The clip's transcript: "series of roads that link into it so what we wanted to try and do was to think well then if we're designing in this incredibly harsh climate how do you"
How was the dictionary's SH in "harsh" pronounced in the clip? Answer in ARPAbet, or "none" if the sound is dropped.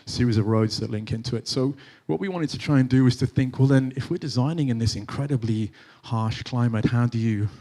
SH